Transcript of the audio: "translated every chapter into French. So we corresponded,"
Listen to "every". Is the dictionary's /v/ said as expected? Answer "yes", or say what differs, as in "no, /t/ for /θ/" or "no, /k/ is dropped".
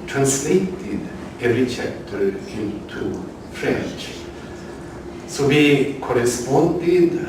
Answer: no, /v/ is dropped